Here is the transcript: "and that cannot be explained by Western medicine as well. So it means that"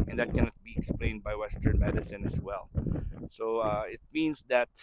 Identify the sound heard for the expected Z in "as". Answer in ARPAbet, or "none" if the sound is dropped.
S